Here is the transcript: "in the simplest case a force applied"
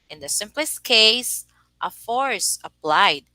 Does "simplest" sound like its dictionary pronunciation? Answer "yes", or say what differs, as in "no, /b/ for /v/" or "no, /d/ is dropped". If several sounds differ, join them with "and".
yes